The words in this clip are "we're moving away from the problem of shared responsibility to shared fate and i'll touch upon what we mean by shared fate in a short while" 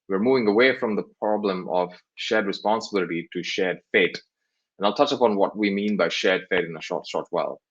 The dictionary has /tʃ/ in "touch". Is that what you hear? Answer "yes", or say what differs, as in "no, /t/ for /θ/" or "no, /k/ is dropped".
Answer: yes